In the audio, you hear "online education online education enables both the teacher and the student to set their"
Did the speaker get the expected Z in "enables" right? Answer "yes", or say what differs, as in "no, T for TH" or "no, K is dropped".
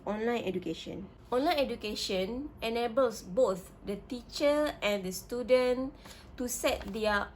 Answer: no, S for Z